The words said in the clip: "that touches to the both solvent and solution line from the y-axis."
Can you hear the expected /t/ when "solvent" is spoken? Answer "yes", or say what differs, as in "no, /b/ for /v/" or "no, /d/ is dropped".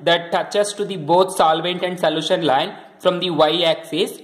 yes